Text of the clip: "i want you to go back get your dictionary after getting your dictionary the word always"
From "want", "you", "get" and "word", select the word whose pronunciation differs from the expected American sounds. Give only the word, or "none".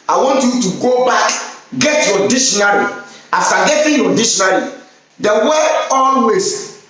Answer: word